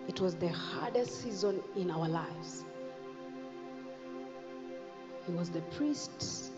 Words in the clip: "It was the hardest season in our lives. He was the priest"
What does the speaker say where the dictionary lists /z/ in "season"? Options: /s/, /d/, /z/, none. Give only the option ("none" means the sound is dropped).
/z/